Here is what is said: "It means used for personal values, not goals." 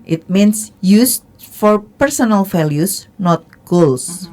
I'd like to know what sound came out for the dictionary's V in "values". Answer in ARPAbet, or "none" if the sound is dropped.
F